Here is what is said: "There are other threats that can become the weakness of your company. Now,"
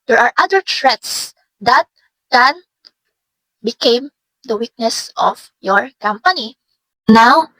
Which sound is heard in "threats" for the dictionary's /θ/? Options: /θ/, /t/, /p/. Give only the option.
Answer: /t/